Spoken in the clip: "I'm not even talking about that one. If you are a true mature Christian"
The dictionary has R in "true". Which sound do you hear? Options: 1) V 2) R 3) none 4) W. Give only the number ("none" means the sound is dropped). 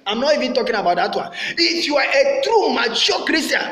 2